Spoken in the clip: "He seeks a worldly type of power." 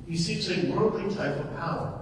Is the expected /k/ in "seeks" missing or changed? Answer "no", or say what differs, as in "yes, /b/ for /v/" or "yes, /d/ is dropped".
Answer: yes, /k/ is dropped